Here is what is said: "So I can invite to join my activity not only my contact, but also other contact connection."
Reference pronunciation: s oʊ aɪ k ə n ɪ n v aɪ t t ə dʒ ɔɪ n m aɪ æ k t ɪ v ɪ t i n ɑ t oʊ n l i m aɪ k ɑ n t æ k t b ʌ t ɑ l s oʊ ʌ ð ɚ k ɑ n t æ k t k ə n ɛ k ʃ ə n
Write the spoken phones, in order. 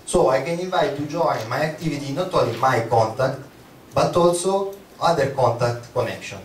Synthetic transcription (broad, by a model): s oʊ aɪ k ə n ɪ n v aɪ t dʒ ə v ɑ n m aɪ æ k t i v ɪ t i n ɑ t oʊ l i m aɪ k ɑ n t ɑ k t b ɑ t ɑ l s oʊ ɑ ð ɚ k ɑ n t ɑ k t k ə n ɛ k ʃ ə n